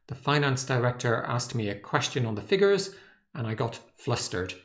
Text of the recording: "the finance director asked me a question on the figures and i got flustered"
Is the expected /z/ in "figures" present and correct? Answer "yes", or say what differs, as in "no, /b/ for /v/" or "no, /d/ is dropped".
yes